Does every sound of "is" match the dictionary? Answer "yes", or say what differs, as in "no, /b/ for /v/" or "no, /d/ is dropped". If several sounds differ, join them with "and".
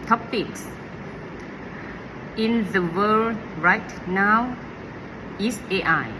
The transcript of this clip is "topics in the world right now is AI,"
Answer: no, /s/ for /z/